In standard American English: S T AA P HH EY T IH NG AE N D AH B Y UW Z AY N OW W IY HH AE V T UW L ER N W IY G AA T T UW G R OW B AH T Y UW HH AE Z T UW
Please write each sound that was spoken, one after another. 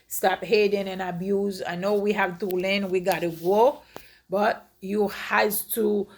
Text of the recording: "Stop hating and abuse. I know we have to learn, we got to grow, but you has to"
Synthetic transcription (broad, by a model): S T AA P HH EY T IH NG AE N AH B Y UW Z AY N OW W IY HH AE V T UW L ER N W IY G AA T T UW G OW B AH T Y UW HH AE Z T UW